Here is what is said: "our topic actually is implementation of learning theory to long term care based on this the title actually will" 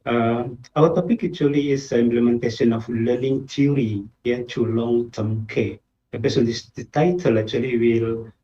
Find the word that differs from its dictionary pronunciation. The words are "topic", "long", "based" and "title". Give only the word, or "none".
based